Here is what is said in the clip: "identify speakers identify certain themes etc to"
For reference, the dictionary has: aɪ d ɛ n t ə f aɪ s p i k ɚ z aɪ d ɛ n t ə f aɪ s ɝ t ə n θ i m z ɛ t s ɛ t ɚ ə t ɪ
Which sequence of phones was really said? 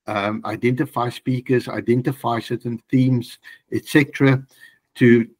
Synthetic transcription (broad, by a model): aɪ d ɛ n t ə f aɪ s p i k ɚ z aɪ d ɛ n t ə f aɪ s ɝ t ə n θ i m z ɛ t s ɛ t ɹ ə t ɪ